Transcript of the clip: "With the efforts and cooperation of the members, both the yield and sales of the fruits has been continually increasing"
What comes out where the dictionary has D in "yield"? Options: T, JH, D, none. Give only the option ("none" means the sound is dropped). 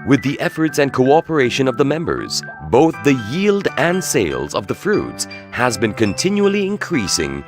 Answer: D